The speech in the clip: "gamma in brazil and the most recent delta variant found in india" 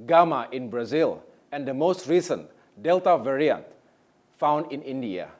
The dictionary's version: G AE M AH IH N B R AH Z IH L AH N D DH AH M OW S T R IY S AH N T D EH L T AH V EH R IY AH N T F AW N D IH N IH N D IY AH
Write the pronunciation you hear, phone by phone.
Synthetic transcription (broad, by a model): G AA M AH IH N B R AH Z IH L AH N D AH M OW S T R IY S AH N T D EH L T AH V EH R IY AH N T F AW N D IH N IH N D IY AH